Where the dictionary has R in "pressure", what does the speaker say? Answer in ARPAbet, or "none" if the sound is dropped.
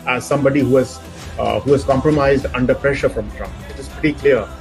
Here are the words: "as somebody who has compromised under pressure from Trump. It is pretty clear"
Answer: R